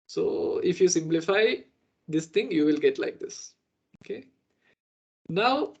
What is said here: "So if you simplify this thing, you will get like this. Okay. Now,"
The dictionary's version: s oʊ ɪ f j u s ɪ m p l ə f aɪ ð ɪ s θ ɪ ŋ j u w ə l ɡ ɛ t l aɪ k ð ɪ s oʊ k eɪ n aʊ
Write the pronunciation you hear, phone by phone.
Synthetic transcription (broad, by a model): s oʊ ɪ f j u s ɪ m p l ə f aɪ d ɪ s t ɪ ŋ j u w ə l ɡ ɛ t l aɪ k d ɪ s oʊ k eɪ n aʊ